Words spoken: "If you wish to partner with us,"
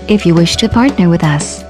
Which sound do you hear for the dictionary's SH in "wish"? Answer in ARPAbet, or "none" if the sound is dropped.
SH